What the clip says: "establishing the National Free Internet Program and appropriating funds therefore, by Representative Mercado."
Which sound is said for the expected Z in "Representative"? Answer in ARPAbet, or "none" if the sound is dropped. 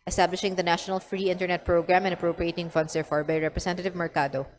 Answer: S